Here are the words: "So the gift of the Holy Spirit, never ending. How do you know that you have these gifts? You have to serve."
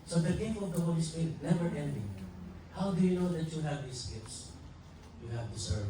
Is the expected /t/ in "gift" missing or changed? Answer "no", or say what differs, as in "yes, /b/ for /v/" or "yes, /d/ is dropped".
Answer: yes, /t/ is dropped